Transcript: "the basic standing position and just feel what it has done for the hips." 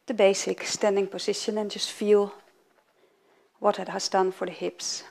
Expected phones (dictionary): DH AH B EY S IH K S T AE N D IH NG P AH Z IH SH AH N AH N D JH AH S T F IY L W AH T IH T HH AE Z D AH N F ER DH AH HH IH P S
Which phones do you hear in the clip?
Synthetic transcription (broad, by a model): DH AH B EY S IH K S T AE N D IH NG P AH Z IH SH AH N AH N JH AH S T F IY L W AH T IH T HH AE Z D AH N F ER DH AH HH IH P S